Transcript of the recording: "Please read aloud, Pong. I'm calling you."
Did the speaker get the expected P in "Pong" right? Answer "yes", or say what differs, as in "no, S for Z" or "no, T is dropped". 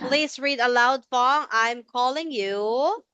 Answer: no, F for P